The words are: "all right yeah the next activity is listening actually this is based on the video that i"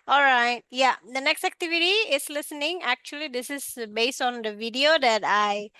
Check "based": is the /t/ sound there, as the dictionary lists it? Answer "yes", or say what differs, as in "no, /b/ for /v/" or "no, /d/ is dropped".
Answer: yes